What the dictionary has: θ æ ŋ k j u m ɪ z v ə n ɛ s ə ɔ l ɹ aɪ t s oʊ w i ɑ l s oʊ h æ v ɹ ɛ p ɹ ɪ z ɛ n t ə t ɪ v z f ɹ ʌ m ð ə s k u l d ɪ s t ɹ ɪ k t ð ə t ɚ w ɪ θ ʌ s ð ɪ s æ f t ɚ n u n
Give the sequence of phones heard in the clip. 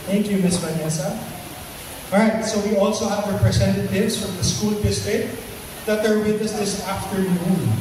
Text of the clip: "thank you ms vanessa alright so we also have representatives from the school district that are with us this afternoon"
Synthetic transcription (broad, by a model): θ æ ŋ k j u m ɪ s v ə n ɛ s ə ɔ ɹ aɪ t s oʊ w i ɑ l s oʊ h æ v ɹ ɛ p ɹ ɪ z ɛ n t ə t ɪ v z f ɹ ʌ m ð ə s k u l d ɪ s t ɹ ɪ t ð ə t ɚ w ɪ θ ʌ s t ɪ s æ f t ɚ n u n